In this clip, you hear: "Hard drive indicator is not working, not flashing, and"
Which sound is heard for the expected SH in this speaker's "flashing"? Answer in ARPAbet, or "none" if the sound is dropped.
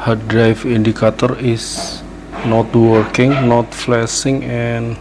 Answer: S